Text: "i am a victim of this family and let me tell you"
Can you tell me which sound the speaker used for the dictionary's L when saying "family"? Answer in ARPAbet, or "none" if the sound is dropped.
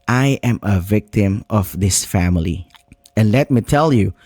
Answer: L